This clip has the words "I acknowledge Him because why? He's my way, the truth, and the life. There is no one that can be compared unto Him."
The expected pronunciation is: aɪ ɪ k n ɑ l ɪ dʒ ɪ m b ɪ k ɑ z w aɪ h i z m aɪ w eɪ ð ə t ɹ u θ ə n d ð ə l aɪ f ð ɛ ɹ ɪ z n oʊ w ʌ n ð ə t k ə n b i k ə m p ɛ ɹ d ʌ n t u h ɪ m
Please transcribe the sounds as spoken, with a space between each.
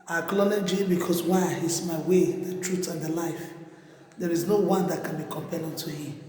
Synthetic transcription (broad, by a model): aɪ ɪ k l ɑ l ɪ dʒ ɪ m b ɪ k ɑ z w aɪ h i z m aɪ w eɪ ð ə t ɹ u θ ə n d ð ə l aɪ f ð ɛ ɹ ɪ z n oʊ w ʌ n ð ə t k ə n b i k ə m p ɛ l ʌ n t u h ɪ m